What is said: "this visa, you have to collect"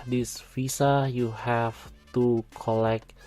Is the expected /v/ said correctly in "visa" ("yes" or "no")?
no